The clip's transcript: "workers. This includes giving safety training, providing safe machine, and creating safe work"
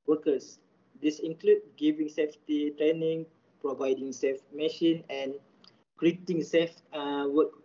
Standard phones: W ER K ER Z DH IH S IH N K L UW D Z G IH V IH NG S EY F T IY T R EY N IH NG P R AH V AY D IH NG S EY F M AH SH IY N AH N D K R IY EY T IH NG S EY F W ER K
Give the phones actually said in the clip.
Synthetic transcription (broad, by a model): W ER K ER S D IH S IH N K L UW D G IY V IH NG S EY F T IY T R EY N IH NG P R AH V AY D IH NG S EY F M AH SH IY N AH N K R IY EY T IH NG S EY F W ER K